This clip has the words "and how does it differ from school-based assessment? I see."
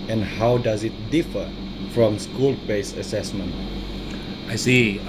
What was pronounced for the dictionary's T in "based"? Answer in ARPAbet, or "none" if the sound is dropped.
none